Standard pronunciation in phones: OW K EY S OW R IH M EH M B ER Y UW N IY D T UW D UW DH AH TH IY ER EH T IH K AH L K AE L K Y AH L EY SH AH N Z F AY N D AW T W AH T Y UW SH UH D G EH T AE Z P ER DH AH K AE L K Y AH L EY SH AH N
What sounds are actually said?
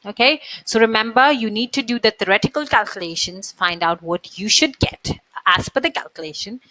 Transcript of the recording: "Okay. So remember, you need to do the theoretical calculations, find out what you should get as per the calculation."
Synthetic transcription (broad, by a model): OW K EY S OW R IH M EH M B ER Y UW N IY D T UW D UW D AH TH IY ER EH T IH K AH L K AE L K Y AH L EY SH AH N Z F AY N D AW T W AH T Y UW SH UH D G EH T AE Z F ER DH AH K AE L K Y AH L EY SH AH N